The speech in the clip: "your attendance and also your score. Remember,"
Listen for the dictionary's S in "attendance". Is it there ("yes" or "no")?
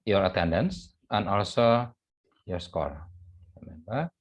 yes